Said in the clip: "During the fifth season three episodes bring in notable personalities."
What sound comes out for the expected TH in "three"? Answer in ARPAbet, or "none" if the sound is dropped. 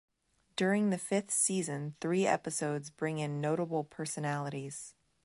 TH